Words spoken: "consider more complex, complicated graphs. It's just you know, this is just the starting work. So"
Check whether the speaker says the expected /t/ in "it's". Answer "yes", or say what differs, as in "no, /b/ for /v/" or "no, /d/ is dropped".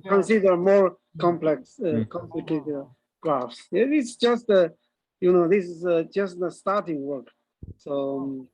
no, /s/ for /t/